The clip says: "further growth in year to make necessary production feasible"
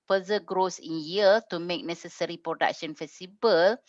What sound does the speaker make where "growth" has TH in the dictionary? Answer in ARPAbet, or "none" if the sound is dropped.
S